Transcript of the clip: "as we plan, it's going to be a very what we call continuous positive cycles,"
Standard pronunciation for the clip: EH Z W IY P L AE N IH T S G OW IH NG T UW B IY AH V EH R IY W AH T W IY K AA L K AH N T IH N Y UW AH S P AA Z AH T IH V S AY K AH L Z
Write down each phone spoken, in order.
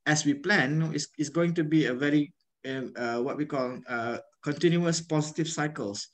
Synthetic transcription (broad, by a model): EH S W IY P L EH N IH S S G OW IH NG T UW B IY AH V EH R IY W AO T W IY K AA L K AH N T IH N Y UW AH S P AA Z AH T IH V S AY K AH L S